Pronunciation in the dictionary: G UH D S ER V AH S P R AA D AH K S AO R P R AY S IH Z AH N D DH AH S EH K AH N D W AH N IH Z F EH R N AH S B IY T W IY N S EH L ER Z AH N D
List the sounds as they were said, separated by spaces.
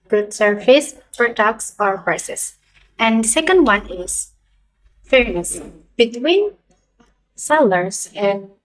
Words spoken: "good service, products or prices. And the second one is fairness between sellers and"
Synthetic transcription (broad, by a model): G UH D S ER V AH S F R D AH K S AO R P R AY S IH S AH N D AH S EH K AH N D W AH N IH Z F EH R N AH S B IY T W IY N S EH L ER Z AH N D